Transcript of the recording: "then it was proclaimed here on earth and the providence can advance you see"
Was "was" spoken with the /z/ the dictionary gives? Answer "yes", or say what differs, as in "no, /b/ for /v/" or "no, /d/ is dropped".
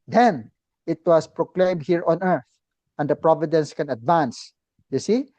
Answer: no, /s/ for /z/